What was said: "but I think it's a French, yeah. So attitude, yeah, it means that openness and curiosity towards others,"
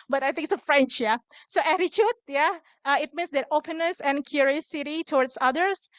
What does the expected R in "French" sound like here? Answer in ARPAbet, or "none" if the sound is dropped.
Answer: R